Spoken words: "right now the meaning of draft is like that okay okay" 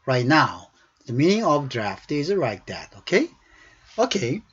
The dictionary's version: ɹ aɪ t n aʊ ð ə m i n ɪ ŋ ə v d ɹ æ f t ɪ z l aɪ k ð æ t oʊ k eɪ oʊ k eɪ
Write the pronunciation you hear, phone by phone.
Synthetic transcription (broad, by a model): ɹ aɪ t n aʊ ð ə m i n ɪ ŋ ə v d ɹ æ f t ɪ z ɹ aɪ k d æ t oʊ k eɪ oʊ k eɪ